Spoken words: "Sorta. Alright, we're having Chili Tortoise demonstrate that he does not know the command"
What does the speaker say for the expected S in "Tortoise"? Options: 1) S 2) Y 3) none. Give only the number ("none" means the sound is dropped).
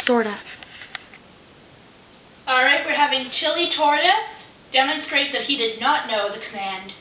3